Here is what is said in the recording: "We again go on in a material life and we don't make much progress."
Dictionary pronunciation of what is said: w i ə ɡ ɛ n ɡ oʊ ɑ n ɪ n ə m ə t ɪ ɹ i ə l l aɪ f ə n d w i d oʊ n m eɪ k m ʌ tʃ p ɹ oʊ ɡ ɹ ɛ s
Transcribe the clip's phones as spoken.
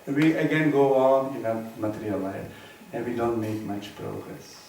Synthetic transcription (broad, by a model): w i ə ɡ ɛ n ɡ oʊ ɑ n ɪ n ə m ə t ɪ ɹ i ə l l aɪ ə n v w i d oʊ n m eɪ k m ʌ tʃ p ɹ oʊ ɡ ɹ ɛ s